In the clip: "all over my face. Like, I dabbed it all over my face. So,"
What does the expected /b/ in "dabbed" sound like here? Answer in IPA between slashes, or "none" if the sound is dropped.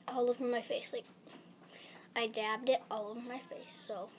/b/